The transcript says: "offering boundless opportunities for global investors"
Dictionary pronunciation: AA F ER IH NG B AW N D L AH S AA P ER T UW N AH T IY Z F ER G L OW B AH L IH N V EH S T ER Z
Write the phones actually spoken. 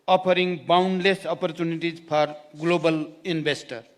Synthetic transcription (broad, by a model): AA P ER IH NG B AW N D L AH S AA P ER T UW N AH T IY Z P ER G L OW B AH L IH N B EH S T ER